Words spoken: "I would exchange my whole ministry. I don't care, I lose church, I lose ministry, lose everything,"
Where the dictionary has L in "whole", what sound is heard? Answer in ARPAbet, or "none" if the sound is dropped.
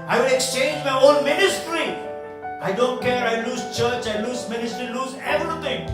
N